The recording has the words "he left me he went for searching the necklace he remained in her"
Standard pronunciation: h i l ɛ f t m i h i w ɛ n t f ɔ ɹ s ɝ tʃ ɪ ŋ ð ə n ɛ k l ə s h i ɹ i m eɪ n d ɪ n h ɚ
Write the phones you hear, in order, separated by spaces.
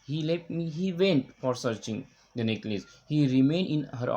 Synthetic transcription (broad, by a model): h i l ɛ f t m i h i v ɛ n t f ɔ ɹ s ɝ tʃ ɪ ŋ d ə n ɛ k l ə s h i ɹ i m eɪ n d ɪ n h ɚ